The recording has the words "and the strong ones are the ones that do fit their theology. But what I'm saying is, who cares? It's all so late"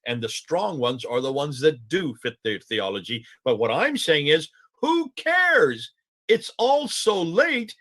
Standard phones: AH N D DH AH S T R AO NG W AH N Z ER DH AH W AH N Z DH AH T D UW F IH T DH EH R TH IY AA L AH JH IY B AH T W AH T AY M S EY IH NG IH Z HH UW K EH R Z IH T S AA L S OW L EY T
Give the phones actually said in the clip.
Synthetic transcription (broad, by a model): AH N DH AH S T R AO NG W AH N Z ER DH AH W AH N Z DH AH T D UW F IH T DH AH R TH IY AA L AH JH IY B AH T W AH T AY M S EY IH NG IH Z HH UW K EH R Z IH T S AA L S OW L EY T